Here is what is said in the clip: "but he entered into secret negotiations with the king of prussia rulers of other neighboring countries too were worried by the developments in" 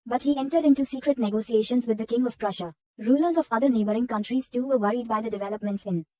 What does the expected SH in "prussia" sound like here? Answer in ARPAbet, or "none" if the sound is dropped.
SH